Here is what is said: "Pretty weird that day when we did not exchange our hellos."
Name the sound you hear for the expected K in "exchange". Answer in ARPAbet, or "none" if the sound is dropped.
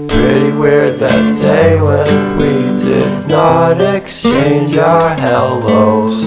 K